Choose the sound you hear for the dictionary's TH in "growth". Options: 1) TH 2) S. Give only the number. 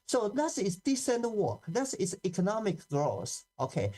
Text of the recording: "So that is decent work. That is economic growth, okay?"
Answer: 2